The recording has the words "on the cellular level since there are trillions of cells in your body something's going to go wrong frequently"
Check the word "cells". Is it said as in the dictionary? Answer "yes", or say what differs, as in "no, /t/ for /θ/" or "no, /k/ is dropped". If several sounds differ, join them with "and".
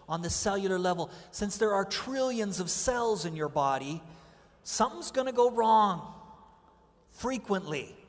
yes